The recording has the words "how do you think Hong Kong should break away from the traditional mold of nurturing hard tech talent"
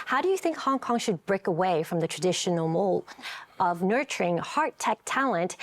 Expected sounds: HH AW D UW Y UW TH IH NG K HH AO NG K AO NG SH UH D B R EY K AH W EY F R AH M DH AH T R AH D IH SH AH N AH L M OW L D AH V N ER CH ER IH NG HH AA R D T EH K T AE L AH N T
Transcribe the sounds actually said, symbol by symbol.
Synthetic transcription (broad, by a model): HH AW D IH Y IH TH IH NG K HH AO NG K AO NG SH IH D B R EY K AH W EY F R AH M DH AH T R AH D IH SH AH N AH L M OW L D AH V N ER CH ER IH NG HH AA R T EH K T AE L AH N T